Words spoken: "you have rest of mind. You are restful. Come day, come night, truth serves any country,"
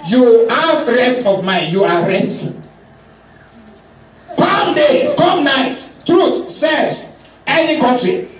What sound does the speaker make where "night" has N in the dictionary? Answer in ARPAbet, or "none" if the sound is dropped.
N